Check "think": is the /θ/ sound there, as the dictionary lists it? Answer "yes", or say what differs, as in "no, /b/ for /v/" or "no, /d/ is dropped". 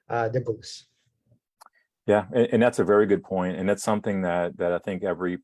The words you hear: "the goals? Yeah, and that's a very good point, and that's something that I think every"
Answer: yes